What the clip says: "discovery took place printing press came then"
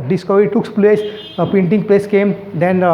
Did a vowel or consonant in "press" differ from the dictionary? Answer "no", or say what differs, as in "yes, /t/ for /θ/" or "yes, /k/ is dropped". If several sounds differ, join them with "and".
yes, /l/ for /ɹ/